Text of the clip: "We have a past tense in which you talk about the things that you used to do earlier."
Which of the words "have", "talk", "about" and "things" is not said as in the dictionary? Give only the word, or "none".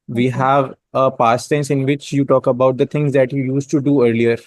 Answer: things